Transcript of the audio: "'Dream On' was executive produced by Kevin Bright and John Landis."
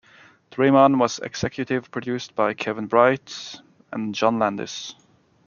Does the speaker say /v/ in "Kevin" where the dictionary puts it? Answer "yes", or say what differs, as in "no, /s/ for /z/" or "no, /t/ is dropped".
yes